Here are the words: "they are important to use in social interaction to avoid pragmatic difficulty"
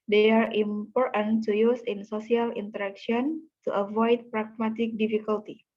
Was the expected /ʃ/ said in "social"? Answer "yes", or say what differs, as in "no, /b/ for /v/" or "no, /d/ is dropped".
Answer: no, /s/ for /ʃ/